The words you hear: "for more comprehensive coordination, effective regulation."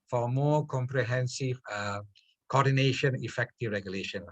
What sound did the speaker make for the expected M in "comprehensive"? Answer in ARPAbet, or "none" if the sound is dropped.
M